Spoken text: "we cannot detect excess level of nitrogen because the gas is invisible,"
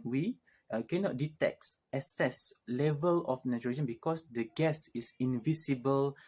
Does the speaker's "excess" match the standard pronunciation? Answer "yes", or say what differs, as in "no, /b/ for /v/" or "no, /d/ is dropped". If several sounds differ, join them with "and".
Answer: no, /k/ is dropped